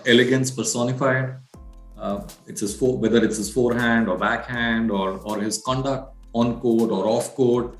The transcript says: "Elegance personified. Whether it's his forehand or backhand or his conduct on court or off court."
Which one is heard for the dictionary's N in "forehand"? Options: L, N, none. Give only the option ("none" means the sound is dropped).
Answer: N